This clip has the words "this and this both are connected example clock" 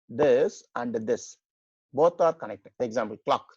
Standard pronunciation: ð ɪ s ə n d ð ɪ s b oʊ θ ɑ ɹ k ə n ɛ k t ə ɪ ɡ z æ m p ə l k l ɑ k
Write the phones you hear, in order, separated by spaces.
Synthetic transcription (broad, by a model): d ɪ s ə n d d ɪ s b oʊ t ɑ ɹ k ə n ɛ k t ə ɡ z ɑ m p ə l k l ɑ k